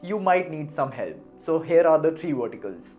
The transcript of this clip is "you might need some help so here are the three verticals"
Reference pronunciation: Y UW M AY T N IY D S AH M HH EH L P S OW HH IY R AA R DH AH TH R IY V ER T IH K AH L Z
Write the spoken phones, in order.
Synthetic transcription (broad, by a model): Y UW M AY T N IY D S AH M HH EH L P S OW HH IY R AA R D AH T R IY V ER T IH K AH L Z